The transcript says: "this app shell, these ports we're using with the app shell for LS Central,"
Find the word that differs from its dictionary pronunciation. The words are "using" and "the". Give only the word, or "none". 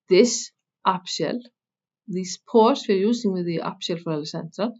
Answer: using